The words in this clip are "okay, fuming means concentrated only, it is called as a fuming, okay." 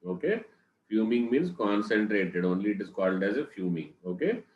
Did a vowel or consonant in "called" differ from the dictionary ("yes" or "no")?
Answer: no